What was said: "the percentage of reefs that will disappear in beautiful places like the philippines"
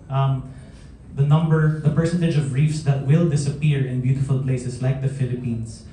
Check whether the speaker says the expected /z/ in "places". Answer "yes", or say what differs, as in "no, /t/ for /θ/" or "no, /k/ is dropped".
no, /s/ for /z/